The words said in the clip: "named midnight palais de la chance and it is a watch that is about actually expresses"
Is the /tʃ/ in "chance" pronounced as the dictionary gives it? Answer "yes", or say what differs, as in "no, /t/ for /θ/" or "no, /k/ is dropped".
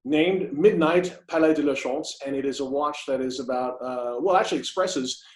no, /ʃ/ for /tʃ/